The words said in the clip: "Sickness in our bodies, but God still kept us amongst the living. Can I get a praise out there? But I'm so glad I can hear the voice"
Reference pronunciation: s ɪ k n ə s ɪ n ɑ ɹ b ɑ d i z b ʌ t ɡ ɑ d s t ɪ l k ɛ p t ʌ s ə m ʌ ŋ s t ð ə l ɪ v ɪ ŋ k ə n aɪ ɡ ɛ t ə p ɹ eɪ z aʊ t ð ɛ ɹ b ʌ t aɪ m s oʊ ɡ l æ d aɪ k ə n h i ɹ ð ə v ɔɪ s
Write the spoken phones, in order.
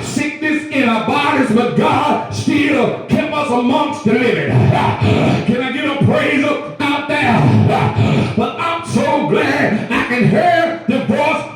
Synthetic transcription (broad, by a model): s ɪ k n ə s ɪ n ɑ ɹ b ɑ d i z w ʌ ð ɡ ɑ d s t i l k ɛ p ʌ s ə m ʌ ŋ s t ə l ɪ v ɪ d k ə n aɪ ɡ ɛ t ə p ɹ eɪ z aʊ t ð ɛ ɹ b ʌ t aɪ m s oʊ ɡ l æ d aɪ k ə n h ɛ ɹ ð ə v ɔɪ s